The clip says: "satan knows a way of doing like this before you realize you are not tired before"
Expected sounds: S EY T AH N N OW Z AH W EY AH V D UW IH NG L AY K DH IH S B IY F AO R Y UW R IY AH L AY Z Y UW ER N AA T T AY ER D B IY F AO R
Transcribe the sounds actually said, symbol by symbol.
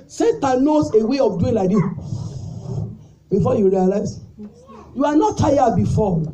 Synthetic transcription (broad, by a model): S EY T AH N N OW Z AH W EY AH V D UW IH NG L AY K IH B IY F AO Y UW R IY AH L AY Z Y UW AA N AA T T AY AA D B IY F AO